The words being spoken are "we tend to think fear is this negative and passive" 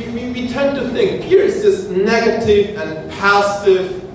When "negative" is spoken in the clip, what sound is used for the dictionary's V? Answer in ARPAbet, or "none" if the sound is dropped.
V